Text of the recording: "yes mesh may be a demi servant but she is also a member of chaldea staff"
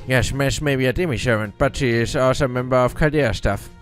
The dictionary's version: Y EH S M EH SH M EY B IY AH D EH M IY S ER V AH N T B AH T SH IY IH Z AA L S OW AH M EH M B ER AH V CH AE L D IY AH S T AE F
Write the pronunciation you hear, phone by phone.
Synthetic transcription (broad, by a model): Y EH S M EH S M EY B IY AH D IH M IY SH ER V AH N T B AH T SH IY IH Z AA S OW AH M EH M B ER AH V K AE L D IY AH S T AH F